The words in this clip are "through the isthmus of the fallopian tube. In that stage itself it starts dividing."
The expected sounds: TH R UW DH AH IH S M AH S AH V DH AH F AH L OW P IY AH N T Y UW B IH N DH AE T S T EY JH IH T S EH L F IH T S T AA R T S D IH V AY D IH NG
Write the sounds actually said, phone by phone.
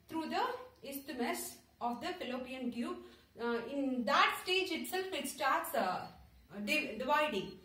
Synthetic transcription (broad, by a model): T R UW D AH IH S M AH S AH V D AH F AH L OW P IY AH N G Y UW IH N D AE T S T EY JH IH T S EH L F IH T S T AA R T S D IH V AY D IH NG